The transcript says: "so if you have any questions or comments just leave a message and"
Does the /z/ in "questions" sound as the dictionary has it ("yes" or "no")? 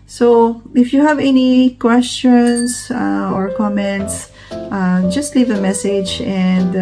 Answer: no